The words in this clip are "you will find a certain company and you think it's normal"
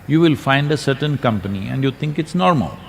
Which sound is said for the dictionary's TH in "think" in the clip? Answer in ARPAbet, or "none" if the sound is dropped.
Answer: T